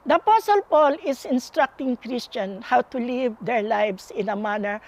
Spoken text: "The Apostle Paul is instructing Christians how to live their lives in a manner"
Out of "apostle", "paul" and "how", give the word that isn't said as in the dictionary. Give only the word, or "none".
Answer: none